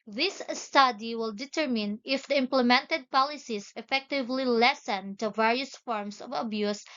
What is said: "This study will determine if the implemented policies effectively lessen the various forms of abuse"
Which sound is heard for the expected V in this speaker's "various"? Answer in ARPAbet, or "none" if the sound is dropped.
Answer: V